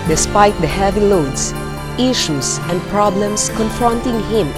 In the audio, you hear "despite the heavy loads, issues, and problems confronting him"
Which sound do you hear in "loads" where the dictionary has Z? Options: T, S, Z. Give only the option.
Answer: S